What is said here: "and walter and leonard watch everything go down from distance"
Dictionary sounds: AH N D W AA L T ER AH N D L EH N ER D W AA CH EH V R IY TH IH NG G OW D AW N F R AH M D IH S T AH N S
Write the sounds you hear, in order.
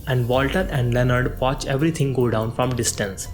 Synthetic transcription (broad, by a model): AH N D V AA L T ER AH N D L EH N ER D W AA CH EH V R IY T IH NG G OW D AW N F R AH M D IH S T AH N S